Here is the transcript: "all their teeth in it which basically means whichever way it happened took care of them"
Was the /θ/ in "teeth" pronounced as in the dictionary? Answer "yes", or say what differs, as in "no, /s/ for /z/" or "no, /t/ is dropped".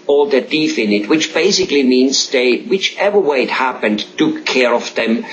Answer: no, /f/ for /θ/